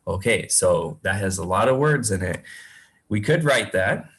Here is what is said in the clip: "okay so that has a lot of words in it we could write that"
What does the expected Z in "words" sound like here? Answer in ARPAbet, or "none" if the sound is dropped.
Z